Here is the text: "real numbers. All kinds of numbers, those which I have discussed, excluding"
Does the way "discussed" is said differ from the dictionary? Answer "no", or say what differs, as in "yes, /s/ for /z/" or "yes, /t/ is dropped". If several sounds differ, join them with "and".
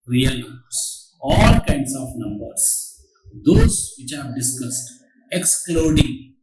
no